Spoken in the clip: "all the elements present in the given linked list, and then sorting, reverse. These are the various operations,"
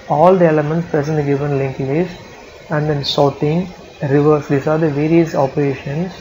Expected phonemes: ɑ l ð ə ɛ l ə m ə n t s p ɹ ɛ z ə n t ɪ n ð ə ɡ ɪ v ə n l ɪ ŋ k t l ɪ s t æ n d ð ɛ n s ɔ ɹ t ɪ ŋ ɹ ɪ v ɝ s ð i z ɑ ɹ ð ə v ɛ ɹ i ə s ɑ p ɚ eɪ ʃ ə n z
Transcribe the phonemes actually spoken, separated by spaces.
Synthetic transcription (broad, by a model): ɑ l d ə ɛ l ə m ə n t s p ɹ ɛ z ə n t ɡ ɪ v ə n l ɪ ŋ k l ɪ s æ n d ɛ n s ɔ t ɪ ŋ ɹ ɪ v ɝ s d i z ɑ ɹ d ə v ɛ ɹ i ə s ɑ p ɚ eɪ ʃ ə n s